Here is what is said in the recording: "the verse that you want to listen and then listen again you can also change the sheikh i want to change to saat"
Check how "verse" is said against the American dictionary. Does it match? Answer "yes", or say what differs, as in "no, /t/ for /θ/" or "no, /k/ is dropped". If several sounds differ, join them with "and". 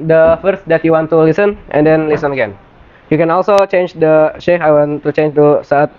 no, /f/ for /v/